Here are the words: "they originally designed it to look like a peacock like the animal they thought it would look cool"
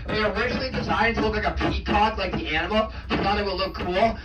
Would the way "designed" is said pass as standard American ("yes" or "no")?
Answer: no